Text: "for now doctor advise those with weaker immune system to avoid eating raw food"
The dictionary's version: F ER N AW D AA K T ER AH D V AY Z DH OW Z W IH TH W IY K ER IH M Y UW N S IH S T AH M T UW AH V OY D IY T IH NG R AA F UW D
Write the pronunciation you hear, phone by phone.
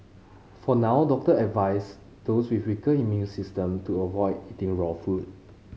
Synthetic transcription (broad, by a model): F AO N AW D AA K T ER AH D V AY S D OW S W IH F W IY K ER IH M Y UW N S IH S T AH M T UW AH V OY D IY T IH NG R AA F UW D